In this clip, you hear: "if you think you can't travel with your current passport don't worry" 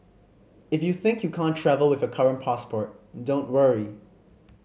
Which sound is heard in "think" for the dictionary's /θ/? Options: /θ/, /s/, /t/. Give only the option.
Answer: /θ/